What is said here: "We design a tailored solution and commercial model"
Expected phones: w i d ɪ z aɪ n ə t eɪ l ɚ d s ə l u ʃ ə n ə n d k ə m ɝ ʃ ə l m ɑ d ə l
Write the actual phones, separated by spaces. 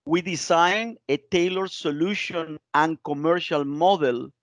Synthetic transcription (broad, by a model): w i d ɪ s aɪ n ə t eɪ l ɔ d s ə l u ʃ ə n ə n k ə m ɝ ʃ ə l m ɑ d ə l